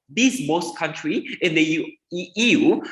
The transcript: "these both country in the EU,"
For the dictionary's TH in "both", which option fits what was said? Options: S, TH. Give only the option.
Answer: S